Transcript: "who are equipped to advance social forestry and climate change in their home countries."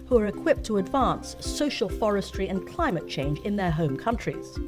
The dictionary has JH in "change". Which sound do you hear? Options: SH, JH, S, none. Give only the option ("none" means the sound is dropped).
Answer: JH